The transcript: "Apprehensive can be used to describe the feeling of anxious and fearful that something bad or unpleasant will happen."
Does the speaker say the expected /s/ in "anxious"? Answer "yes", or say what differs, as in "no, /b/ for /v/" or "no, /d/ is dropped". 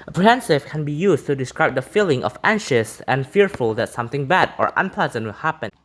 yes